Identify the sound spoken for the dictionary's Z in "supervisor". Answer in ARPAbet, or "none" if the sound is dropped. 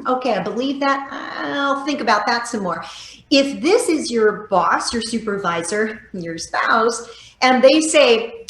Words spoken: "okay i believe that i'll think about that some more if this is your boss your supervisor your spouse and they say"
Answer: Z